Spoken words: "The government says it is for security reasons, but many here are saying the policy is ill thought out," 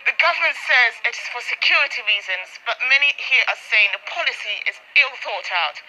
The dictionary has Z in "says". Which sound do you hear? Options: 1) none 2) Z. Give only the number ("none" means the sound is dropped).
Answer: 2